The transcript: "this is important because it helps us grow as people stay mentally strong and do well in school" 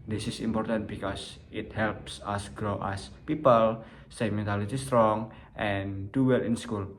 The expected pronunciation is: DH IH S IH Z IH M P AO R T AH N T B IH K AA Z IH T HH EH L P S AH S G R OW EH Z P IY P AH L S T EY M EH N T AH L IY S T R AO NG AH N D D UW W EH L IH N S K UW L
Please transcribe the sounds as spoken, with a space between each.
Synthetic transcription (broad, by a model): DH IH S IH S IH M P AO R T AH N T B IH K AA S IH T HH EH L P S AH S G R OW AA S P IY P AH L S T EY M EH N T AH L IY S T R AO NG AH N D D UW W EH L IH N S K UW L